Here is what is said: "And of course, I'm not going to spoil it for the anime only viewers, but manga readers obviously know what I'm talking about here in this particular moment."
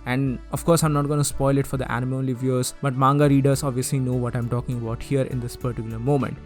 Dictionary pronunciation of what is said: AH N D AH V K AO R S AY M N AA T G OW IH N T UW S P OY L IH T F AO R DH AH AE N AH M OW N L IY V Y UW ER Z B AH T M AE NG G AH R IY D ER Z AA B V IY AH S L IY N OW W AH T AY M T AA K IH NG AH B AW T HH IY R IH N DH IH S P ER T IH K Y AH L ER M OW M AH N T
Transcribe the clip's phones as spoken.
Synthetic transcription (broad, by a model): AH N D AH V K AO R S AY M N AA T G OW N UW S P OY L IH T F AO R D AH AE N AH M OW L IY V Y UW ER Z B AH T M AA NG G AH R IY D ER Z AA B V IY AH S L IY N OW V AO T AY M T AA K IH NG AH B AW T HH IY R IH N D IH S P ER T IH K Y AH L ER M OW M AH N T